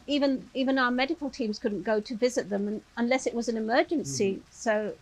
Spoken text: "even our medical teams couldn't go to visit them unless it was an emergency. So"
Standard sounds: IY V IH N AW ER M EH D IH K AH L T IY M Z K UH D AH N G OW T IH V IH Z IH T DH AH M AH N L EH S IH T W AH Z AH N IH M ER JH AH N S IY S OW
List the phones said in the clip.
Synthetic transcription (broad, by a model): IY V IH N AW ER M EH D IH K AH L T IY M Z K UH D N G OW T IH V IH Z IH T DH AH M AH N L EH S IH T W AH Z AH N IH M ER JH AH N S IY S OW